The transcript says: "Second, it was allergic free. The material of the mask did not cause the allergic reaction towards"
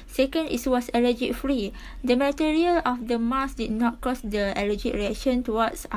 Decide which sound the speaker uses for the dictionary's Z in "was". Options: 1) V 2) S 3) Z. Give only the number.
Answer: 2